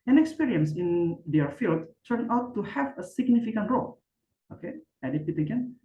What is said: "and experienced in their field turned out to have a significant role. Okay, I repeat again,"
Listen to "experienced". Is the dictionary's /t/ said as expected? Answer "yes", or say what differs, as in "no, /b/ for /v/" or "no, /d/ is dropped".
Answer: no, /t/ is dropped